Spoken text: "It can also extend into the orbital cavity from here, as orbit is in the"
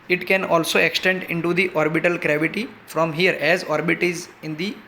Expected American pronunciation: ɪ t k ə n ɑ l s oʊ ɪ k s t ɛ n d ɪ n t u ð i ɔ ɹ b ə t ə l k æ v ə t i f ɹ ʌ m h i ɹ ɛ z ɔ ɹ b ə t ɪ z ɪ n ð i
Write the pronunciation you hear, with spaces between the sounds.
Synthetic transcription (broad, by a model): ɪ t k ə n ɑ l s oʊ ɪ k s t ɛ n d ɪ n t u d i ɔ ɹ b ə t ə l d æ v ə t i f ɹ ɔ m h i ɹ ɛ z ɔ ɹ b ə t ɪ z ɪ n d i